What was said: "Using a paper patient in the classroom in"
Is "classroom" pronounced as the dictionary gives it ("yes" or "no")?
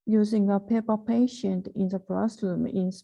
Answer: no